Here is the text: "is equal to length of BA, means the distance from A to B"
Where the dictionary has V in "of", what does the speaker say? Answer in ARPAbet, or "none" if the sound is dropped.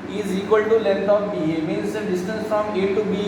P